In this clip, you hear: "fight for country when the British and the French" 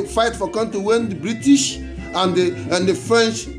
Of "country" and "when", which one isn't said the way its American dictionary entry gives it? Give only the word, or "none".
country